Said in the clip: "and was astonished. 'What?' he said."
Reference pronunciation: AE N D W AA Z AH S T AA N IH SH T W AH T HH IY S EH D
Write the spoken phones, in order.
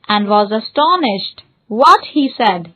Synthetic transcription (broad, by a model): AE N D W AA Z AH S T AA N IH SH T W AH T HH IY S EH D